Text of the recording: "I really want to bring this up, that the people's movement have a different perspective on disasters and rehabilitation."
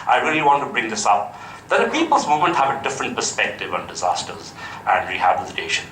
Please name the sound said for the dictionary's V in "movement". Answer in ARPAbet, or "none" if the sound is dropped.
none